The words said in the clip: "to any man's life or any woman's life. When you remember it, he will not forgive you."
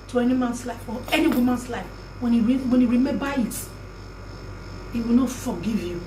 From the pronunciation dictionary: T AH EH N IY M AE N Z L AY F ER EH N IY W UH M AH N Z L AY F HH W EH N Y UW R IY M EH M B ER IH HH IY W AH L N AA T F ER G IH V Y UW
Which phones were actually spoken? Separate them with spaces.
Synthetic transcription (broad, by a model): T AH EH N IY M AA N S L AY F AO EH N IY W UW M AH N S L AY F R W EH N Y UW R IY M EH B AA IH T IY W AH L N AA T F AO G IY V Y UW